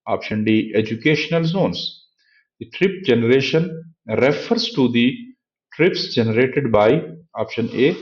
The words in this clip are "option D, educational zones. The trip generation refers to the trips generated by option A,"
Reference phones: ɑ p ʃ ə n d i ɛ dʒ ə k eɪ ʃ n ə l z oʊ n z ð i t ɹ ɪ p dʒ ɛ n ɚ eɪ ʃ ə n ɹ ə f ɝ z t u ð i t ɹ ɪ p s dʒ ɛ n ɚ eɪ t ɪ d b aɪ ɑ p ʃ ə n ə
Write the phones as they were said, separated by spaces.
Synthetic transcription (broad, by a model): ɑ p ʃ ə n d i ɛ dʒ ə k eɪ ʃ n ə l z oʊ n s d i t ɹ ɪ p dʒ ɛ n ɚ eɪ ʃ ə n ɹ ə f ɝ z t u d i t ɹ ɪ p s dʒ ɛ n ɚ eɪ t ɪ d b aɪ ɑ p ʃ ə n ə